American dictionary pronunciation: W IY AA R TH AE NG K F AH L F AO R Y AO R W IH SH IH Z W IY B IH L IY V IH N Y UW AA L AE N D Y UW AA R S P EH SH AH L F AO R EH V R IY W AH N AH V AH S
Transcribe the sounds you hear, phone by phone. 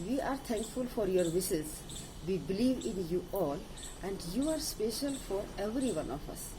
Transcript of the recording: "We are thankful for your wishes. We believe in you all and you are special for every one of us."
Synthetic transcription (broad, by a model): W IY AA R T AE NG K F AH L F AO R Y AO R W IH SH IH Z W IY B IH L IY V IH N Y UW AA L AE N D Y UW AA R S P EH SH AH L F AO R EH V R IY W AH N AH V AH S